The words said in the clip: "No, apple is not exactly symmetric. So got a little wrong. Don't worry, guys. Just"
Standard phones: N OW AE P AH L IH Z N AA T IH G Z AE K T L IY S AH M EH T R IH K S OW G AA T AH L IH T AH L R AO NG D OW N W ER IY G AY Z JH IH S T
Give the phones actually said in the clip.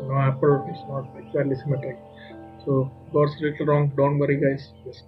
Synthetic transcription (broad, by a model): N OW AE P AH L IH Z N AA T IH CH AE T L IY S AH M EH T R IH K S OW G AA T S L IH T AH L R AO NG D OW N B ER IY G AY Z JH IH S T